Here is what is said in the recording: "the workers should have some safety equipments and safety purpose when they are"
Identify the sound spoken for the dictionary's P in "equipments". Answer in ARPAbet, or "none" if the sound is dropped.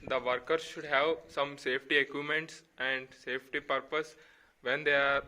none